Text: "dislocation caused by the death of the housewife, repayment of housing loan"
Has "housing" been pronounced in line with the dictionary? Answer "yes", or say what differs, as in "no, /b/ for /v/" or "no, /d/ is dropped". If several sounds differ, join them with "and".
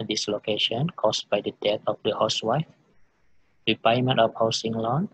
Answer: no, /s/ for /z/